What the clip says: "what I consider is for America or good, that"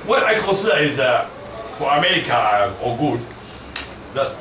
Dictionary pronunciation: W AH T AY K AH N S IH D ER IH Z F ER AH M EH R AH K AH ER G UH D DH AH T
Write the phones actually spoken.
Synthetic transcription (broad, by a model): W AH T AY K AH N S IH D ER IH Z F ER AH M EH R AH K AH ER G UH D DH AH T